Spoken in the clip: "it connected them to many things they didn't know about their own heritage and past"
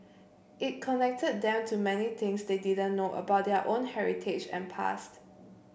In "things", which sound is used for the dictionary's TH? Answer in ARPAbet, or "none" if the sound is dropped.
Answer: T